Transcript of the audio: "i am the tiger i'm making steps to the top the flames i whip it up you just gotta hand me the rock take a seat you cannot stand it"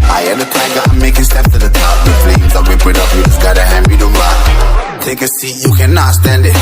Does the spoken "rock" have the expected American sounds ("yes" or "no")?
no